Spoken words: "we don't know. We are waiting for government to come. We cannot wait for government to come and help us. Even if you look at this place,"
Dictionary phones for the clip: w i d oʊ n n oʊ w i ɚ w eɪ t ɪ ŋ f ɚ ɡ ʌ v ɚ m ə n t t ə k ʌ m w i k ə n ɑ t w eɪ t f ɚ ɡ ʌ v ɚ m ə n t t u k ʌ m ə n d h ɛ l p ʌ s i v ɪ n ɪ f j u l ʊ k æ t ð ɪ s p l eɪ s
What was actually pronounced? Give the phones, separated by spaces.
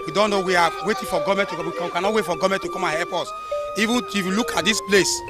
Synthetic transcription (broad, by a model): w i d oʊ n n oʊ w i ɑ w eɪ t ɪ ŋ f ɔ ɡ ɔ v m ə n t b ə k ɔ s w i k ə n ɑ t w eɪ t f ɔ ɡ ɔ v m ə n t t u k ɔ m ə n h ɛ p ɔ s i v ɪ n ɪ f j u l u k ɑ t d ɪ s p l eɪ s